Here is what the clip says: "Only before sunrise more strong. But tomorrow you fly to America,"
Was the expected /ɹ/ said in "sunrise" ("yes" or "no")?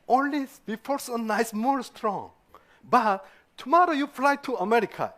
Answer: no